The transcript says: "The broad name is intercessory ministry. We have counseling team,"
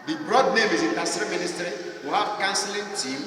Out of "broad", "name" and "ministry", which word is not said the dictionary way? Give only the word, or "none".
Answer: none